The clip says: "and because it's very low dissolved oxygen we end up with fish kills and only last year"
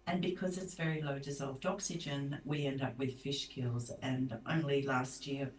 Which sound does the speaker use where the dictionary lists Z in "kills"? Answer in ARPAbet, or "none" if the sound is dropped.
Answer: Z